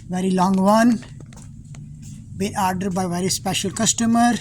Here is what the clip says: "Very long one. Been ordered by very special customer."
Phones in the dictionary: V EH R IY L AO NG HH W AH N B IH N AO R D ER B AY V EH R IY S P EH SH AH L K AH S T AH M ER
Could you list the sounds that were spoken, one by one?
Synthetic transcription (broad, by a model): V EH R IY L AO NG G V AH N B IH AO R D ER B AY V EH R IY S P EH SH AH L K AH S T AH M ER